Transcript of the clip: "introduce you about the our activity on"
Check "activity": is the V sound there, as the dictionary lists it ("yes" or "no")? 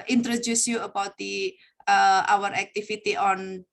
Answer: no